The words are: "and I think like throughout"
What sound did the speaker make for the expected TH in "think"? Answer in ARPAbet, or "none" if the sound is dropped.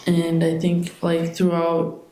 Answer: TH